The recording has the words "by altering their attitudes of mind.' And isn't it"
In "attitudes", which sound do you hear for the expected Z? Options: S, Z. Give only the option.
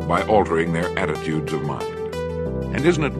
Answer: Z